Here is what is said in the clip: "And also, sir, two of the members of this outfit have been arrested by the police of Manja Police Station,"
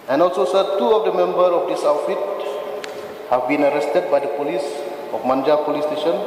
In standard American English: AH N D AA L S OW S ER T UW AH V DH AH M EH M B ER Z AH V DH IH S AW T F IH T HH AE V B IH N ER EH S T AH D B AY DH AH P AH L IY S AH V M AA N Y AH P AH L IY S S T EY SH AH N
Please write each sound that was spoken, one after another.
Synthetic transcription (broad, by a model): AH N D AA L S OW S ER T UW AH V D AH M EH M B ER AH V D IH S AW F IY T HH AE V B IH N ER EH S T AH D B AY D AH P AH L IY S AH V M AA N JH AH P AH L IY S S T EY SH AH N